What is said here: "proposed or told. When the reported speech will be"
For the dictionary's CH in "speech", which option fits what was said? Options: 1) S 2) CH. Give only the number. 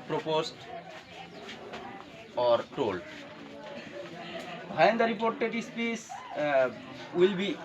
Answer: 1